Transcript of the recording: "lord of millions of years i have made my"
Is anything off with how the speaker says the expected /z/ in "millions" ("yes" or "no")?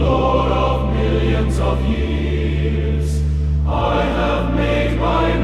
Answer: no